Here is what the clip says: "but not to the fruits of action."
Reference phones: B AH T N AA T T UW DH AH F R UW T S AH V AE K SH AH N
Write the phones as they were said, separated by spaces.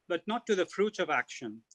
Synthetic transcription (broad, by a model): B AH T N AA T T UW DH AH F R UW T AH V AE K SH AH N